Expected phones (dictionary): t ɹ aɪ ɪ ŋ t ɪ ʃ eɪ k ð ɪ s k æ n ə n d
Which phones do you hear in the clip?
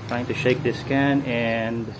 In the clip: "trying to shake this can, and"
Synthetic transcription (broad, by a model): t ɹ aɪ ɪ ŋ t ɪ ʃ eɪ k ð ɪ s k æ n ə n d